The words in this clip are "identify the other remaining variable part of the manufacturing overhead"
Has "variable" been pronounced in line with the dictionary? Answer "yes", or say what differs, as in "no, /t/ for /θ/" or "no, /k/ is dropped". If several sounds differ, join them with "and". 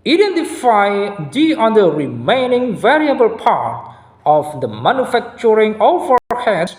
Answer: yes